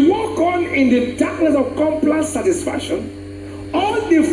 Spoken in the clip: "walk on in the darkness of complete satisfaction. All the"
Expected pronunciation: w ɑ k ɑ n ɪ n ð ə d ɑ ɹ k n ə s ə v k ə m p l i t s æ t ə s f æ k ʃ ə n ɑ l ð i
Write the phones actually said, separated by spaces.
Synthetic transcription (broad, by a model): w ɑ k ɑ n ɪ n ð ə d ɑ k l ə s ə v k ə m p l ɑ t s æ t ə s f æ k ʃ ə n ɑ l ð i